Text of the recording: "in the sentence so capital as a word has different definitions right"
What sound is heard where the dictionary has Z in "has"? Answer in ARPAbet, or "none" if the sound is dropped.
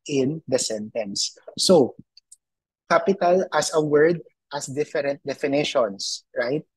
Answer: S